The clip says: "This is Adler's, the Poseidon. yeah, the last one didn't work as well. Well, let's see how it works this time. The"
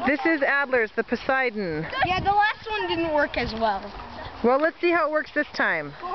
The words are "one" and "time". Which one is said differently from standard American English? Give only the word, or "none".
none